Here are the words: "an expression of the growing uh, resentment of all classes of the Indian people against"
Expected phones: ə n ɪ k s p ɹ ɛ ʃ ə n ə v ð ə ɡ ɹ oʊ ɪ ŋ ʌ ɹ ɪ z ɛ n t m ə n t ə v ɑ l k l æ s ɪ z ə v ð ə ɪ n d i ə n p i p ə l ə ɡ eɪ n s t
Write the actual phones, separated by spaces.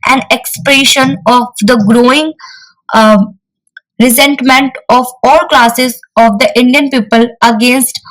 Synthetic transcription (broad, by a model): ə n ɪ k s p ɹ ɛ ʃ ə n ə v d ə ɡ ɹ oʊ ɪ ŋ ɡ ɹ ɪ z ɛ n t m ə n t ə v ɑ l k l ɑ s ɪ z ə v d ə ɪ n d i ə n p i p ə l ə ɡ eɪ n s t